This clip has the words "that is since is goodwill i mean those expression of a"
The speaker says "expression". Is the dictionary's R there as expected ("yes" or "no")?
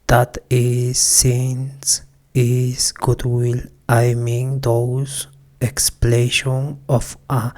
no